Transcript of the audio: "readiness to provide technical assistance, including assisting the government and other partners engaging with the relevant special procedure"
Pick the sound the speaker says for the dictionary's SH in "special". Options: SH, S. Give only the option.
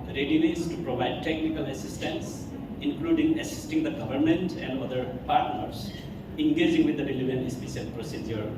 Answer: S